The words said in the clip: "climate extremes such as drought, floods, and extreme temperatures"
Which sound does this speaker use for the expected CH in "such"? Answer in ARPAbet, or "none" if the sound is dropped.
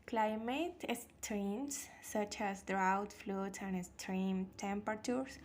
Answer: CH